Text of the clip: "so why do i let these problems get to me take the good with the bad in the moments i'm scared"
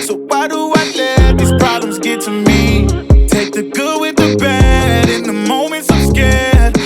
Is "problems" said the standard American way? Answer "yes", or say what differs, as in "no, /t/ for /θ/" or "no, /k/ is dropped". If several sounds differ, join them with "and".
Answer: yes